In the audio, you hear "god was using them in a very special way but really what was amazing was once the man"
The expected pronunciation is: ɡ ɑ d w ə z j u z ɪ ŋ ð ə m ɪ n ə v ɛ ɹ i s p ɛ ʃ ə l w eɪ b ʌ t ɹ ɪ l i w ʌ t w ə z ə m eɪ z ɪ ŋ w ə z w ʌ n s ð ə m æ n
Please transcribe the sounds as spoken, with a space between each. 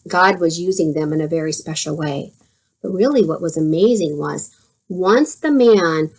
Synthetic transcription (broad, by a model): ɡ ɑ d w ə z j u z ɪ ŋ ð ə m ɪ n ə v ɛ ɹ i s p ɛ ʃ l w eɪ b ʌ t ɹ ɪ l i w ʌ t w ə z ə m eɪ z ɪ ŋ w ə z w ʌ n s ð ə m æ n